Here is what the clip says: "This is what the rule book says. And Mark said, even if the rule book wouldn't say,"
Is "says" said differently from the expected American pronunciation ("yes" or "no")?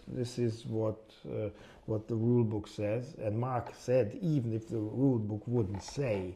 no